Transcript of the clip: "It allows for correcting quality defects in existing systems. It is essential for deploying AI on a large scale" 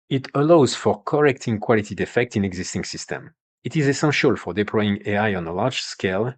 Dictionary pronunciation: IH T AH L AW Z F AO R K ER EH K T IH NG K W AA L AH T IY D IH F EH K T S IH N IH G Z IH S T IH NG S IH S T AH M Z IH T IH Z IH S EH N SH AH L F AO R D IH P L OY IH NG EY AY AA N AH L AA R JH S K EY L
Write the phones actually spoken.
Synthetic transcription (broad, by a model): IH T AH L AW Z F AO R K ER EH K T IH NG K W AA L AH T IY D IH F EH K T IH N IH G Z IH S T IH NG S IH S T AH M IH T IH Z IH S EH N SH AH L F AO R D IH P L OY IH NG EY AY AA N AH L AA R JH S K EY L